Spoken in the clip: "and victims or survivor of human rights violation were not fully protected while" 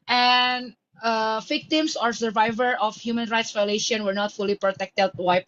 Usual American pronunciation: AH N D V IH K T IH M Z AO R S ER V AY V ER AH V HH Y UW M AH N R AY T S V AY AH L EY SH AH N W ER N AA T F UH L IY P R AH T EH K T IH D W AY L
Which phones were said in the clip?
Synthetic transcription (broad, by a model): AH N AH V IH K T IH M S AO R S ER V AY V ER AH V HH Y UW M AH N R AY T S V AY AH L EY SH AH N W ER N AA T F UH L IY P R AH T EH K T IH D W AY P